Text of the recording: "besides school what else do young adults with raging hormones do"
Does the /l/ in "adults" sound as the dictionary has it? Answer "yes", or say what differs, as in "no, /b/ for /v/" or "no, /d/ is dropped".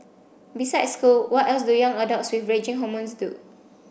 no, /l/ is dropped